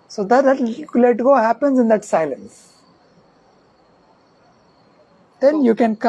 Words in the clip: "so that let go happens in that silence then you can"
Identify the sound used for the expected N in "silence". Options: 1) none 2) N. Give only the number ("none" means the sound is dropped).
2